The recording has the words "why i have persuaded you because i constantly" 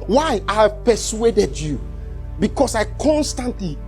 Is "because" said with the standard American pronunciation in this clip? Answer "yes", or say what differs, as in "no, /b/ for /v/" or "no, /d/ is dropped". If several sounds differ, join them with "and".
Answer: no, /s/ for /z/